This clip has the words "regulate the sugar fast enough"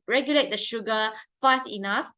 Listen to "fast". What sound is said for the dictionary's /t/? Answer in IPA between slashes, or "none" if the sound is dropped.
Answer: none